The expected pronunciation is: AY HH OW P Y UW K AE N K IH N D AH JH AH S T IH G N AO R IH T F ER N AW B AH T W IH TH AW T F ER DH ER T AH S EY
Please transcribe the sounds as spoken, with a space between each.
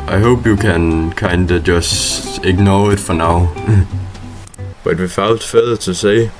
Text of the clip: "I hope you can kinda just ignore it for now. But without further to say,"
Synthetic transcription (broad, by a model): AY HH OW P Y UW K AE N K IH N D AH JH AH S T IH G N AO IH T F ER N AW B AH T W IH F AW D F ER DH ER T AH S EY